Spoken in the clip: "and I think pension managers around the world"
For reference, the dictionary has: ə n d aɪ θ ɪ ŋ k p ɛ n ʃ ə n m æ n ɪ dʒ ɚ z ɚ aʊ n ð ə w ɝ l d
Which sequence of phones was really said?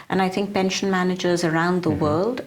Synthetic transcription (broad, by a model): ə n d aɪ θ ɪ ŋ k p ɛ n ʃ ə n m æ n ɪ dʒ ɚ z ɚ aʊ n ð ə w ɝ l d